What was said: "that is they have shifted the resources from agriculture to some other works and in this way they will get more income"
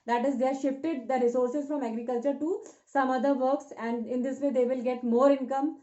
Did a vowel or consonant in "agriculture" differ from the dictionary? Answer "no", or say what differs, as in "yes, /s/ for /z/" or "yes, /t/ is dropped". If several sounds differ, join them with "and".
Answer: no